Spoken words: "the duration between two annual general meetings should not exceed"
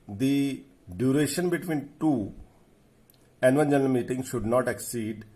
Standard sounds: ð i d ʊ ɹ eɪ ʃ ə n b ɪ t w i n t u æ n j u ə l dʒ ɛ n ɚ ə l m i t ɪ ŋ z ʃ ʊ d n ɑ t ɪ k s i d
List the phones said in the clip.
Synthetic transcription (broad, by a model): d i d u ɹ eɪ ʃ ə n b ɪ t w i n t u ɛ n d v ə n dʒ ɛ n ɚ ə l m i t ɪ ŋ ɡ ʃ ʊ d n ɑ t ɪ k s i d